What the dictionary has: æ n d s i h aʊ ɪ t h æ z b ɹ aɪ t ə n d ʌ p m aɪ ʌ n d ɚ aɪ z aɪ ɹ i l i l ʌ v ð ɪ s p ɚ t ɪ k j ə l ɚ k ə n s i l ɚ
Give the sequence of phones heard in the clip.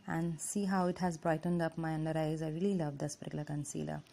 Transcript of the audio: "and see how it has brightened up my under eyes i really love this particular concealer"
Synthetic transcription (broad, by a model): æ n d s i h aʊ ɪ t h æ z b ɹ aɪ t ə n d ʌ p m aɪ ʌ n d ɚ aɪ z aɪ ɹ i l i l ʌ v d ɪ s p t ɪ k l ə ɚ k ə n s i l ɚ